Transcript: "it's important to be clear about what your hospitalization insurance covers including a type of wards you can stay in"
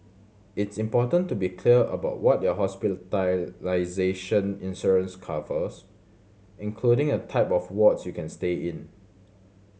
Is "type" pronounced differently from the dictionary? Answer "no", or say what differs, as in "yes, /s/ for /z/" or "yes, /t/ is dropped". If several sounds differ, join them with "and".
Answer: no